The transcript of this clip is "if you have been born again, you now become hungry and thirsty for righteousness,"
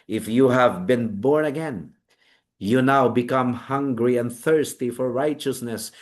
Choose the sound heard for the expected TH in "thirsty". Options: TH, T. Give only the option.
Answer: TH